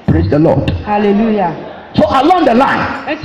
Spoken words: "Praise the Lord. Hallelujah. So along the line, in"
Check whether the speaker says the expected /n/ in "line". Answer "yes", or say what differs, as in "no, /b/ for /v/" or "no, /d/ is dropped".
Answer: no, /n/ is dropped